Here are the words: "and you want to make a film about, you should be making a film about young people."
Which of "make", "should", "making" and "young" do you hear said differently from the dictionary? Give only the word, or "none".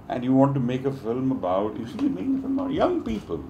should